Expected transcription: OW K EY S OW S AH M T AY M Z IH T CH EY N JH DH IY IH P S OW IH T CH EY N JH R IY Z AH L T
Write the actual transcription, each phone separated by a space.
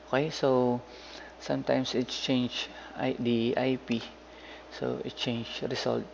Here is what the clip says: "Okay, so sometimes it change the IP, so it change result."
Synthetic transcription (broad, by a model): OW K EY S OW S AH M T AY M S IH T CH EY N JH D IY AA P S OW IH T CH EY N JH R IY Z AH L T